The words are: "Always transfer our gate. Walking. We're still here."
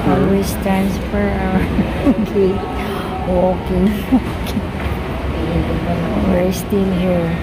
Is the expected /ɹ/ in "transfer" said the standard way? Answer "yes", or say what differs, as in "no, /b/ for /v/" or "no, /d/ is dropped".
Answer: no, /ɹ/ is dropped